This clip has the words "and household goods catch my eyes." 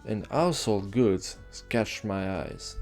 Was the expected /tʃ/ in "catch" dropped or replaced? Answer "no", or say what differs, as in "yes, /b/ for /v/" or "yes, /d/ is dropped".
no